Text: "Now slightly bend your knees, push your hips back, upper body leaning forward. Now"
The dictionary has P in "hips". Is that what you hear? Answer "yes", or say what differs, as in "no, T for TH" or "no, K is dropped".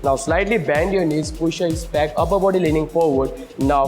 no, P is dropped